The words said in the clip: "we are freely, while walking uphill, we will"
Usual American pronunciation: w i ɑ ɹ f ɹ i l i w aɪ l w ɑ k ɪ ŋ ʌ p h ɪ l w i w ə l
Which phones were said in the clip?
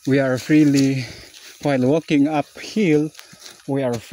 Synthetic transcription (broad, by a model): w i ɑ ɹ f ɹ i l i w aɪ l w ɑ k ɪ ŋ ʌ p h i l w i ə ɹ